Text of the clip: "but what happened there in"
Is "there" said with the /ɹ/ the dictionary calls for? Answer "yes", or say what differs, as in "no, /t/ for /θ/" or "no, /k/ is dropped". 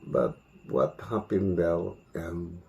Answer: no, /l/ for /ɹ/